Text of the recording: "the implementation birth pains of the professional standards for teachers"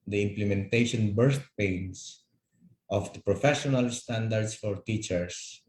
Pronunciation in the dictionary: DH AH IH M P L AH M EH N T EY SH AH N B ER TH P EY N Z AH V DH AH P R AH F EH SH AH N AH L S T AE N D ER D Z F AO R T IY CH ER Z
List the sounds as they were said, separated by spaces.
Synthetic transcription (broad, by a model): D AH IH M P L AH M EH N T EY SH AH N B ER T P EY N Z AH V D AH P R AH F EH SH AH N AH L S T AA N D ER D S F AO R T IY CH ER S